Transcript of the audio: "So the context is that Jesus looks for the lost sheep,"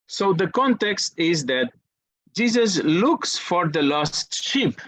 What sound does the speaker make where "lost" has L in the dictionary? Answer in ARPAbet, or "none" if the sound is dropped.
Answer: L